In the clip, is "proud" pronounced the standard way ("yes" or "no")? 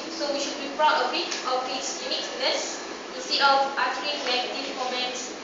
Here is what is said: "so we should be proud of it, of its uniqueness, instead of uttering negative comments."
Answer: no